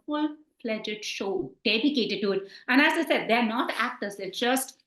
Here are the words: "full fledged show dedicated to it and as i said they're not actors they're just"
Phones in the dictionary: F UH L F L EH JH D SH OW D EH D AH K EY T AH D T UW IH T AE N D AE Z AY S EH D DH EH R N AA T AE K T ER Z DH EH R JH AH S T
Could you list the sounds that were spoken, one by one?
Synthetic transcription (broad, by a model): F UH L P L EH JH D SH OW D EH D AH K EY T AH D T UW IH T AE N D AE Z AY S EH D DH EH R N AA T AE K T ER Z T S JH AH S T